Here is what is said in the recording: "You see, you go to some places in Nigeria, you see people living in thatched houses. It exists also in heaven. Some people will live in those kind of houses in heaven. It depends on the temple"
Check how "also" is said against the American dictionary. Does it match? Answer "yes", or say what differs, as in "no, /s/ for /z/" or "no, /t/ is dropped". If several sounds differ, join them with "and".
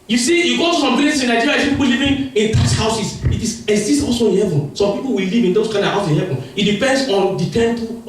no, /l/ is dropped